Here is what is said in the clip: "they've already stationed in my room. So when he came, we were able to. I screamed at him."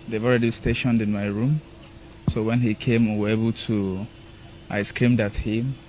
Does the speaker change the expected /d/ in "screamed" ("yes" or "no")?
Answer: no